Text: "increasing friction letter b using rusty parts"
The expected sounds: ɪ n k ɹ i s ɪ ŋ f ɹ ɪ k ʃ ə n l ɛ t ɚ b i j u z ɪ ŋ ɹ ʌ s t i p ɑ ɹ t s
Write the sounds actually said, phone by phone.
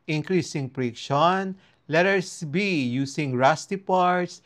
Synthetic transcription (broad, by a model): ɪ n k ɹ i s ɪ ŋ p ɹ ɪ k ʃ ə n l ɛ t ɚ b i j u s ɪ ŋ ɹ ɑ s t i p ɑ ɹ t s